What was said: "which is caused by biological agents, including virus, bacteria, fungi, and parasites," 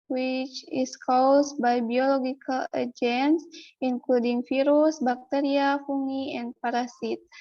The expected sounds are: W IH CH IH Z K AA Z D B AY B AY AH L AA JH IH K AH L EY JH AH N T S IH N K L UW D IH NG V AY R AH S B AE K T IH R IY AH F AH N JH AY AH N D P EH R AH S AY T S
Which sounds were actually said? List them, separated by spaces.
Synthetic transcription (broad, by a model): W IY CH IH S K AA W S B AY B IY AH L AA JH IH K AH L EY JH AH N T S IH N K L UW D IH NG F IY R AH S B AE K T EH R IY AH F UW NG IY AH N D P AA R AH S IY T